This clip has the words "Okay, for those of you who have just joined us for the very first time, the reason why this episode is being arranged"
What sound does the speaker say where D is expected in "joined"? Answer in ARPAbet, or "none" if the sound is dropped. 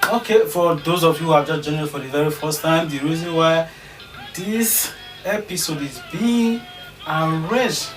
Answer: none